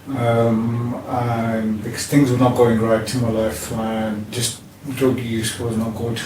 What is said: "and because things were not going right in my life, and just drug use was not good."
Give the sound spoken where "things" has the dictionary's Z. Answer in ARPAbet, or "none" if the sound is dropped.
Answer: Z